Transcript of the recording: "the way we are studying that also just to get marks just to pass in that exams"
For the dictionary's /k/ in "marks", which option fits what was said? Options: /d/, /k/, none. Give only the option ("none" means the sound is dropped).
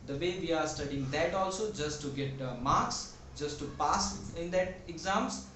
/k/